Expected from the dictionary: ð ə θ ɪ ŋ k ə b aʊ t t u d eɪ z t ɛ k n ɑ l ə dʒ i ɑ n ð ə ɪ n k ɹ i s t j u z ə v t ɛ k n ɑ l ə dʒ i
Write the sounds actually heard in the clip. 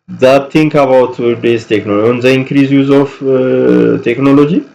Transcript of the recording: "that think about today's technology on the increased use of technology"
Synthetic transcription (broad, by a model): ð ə t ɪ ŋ k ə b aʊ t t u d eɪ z t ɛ k n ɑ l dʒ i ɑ n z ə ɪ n k ɹ i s j u z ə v t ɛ k n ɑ l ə dʒ i